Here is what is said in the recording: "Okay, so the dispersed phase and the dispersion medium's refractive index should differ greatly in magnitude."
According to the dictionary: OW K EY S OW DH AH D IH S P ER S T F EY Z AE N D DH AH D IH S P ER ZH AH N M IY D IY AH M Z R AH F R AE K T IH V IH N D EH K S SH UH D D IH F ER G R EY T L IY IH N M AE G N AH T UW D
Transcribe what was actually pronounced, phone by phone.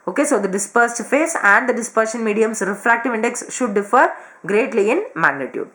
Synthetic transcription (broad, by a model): OW K EY S OW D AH D IH S P ER S T F EY S AE N D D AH D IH S P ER SH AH N M IY D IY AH M S R AH F R AE K T IH V IH N D EH K S SH UH D D IH F ER G R EY T L IY IH N M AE G N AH T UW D